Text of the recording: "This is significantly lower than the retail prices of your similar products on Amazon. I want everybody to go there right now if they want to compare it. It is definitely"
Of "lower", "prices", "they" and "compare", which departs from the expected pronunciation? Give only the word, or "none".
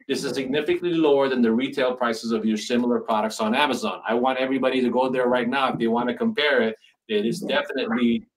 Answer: none